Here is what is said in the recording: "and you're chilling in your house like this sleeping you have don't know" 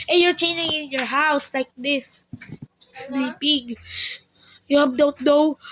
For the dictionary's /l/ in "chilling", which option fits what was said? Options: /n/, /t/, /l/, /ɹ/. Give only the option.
/n/